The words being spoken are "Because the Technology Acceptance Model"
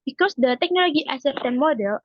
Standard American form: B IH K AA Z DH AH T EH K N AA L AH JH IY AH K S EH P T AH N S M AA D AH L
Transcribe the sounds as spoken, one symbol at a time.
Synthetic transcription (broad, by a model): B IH K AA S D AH T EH K N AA L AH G IY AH S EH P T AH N M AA D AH L